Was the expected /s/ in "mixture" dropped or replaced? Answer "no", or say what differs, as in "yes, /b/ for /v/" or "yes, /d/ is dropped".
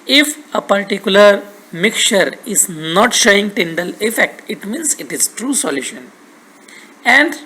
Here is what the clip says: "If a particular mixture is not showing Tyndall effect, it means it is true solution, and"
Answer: yes, /s/ is dropped